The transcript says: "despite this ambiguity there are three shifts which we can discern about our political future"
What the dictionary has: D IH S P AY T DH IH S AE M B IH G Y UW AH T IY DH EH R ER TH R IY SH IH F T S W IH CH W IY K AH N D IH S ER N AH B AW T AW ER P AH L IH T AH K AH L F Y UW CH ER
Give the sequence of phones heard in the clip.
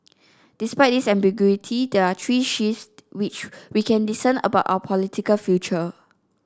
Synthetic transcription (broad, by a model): D IH S P AY T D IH S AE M B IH G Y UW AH T IY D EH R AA T R IY SH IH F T W IH CH W IY K AH N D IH S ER N AH B AW T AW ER P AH L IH T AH K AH L F Y UW CH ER